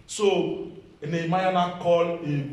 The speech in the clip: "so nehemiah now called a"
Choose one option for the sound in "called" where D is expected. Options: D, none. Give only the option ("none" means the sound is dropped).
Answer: none